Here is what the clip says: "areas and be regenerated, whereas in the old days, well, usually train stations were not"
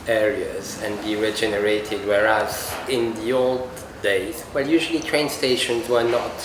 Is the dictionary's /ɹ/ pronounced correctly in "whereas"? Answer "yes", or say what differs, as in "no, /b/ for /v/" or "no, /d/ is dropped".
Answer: yes